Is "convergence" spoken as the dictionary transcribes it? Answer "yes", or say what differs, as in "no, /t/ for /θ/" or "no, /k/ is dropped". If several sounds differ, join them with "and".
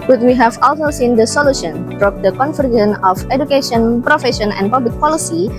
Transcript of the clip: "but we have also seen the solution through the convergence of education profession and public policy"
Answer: no, /f/ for /v/ and /s/ is dropped